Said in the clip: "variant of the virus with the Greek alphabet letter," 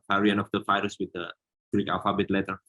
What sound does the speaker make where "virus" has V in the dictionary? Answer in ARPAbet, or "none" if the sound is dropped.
F